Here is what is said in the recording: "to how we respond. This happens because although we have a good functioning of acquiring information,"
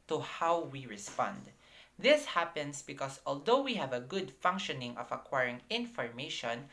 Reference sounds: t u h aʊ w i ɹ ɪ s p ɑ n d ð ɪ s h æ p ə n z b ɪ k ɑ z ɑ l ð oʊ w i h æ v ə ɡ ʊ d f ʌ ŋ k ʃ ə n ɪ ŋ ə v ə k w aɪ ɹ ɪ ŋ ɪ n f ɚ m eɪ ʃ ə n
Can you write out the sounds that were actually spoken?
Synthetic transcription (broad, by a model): t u h aʊ w i ɹ ɪ s p ɑ n d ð ɪ s h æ p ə n s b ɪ k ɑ s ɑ l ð oʊ w i h æ v ə ɡ ʊ d f ʌ ŋ k ʃ ə n ɪ ŋ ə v ə k w aɪ ɹ ɪ ŋ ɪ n f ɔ m eɪ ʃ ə n